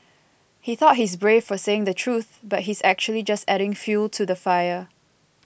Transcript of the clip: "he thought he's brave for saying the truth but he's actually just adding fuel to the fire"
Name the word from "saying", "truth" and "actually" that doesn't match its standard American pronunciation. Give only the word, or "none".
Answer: none